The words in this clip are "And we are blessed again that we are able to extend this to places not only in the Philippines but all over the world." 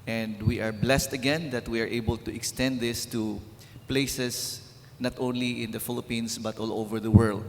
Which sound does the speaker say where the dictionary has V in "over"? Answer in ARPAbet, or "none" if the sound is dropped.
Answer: V